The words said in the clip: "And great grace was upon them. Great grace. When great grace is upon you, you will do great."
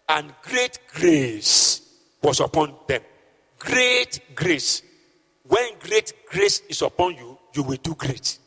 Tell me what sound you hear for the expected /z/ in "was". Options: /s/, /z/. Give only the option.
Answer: /s/